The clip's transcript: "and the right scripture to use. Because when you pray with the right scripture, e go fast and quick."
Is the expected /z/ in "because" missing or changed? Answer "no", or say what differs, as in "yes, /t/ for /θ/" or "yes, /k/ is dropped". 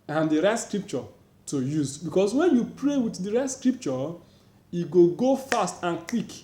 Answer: yes, /s/ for /z/